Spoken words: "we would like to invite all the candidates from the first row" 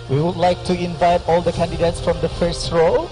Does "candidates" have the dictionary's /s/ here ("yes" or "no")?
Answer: yes